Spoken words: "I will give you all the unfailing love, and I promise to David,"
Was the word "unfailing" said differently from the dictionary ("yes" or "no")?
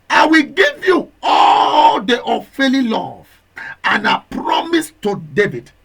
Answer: yes